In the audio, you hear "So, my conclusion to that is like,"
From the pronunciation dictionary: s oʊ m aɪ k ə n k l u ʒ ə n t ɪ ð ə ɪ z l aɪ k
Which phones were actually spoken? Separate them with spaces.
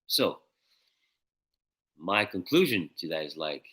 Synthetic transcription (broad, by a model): s oʊ m aɪ k ə n k l u ʒ ə n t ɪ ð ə ɪ z l aɪ k